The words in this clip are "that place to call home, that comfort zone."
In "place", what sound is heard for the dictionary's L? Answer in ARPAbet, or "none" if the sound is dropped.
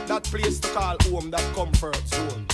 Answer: L